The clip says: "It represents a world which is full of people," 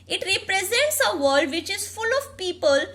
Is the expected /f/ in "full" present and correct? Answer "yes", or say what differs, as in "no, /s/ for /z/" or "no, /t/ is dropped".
yes